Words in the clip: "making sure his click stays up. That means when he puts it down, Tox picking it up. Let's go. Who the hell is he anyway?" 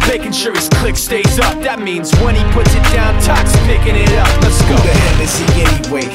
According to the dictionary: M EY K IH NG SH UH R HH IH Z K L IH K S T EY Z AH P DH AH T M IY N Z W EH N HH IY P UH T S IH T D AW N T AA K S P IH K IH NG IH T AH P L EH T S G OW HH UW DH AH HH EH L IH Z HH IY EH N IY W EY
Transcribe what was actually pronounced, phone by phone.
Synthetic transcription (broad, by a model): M EY K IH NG SH UH R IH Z K L IH K S T EY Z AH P DH AH T M IY N Z W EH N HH IY P UH T S IH T D AW N T AA K S P IH K IH NG IH T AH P N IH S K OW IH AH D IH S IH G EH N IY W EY